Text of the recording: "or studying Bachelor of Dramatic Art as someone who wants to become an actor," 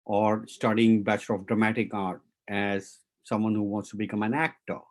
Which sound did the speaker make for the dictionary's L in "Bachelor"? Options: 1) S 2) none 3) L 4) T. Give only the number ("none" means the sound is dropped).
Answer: 2